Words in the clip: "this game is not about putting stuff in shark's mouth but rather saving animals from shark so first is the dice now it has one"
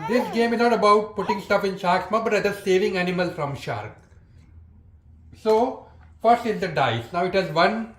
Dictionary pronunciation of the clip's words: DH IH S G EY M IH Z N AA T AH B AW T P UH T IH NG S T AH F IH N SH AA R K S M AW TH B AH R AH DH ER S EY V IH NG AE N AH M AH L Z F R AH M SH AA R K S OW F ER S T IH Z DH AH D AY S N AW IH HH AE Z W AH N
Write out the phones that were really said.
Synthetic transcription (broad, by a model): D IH S G EY M IH Z N AA T AH B AW T P UH T IH NG S T AH F IH N SH AA R K S M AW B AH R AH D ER S EY V IH NG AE N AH M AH L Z F R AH M SH AA R K S OW F ER S T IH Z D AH D AY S N AW IH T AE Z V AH N